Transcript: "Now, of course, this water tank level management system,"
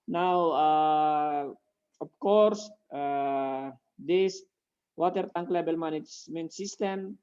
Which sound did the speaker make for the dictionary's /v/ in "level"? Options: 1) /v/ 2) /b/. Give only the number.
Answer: 2